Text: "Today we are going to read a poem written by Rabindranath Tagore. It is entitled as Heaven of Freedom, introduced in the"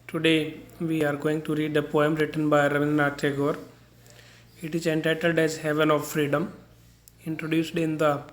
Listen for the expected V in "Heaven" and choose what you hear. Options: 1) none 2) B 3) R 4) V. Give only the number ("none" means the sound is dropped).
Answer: 4